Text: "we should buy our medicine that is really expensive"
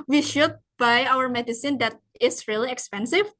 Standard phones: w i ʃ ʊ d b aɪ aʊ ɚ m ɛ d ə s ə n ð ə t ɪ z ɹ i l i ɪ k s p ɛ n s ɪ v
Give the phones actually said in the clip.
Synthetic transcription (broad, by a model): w i ʃ ʊ d b aɪ aʊ ɚ m ɛ d ə s ə n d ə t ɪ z ɹ i l i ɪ k s p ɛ n s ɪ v